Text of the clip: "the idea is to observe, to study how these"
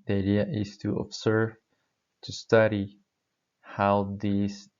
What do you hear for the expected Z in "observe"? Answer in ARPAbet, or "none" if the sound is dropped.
S